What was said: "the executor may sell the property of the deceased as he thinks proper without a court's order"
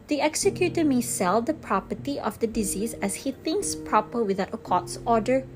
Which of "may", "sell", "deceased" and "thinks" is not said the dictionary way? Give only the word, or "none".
deceased